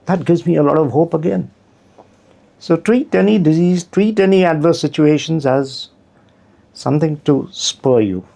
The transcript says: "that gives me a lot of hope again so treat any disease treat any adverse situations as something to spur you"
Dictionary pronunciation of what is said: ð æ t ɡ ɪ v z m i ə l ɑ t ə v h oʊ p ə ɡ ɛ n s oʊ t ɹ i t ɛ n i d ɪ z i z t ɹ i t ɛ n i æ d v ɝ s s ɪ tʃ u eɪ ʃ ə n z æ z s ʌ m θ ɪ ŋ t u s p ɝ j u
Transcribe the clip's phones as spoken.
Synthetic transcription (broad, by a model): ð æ t ɡ ɪ v z m i ə l ɑ t ə v h oʊ p ə ɡ ɛ n s oʊ t ɹ i t ɛ n i d ɪ z i z t ɹ i t ɛ n i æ d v ɝ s s ɪ tʃ u eɪ ʃ ə n z æ z s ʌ m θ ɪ ŋ t u s p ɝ j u